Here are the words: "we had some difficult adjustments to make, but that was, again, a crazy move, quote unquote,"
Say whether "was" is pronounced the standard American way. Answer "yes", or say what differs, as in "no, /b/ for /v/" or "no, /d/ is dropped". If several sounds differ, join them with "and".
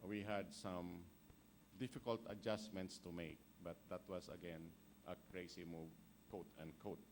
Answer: no, /s/ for /z/